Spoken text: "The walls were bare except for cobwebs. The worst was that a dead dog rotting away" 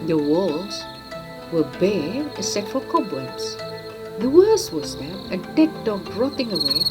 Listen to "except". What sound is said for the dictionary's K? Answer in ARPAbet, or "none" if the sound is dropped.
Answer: none